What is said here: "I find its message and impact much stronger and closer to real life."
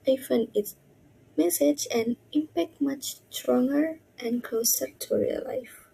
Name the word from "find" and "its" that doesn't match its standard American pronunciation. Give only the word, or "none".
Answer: find